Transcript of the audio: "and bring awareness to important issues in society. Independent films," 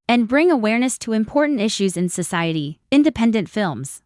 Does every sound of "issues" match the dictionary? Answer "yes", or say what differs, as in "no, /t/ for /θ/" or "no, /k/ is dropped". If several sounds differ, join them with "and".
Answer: yes